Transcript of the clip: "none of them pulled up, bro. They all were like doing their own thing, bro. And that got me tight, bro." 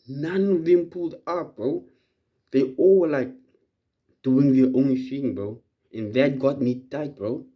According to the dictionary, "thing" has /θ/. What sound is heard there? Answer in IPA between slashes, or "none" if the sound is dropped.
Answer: /f/